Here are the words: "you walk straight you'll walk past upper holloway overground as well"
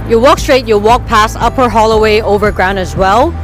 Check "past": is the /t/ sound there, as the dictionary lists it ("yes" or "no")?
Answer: no